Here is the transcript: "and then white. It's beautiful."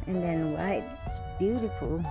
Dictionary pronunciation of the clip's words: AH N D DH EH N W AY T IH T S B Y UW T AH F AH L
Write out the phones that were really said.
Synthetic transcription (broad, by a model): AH N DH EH N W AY IH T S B Y UW T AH F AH L